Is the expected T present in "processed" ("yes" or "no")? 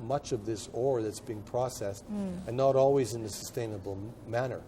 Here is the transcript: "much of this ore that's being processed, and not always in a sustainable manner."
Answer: yes